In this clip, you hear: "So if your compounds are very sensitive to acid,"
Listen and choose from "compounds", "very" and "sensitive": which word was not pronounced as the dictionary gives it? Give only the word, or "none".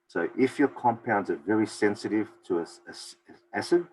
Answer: none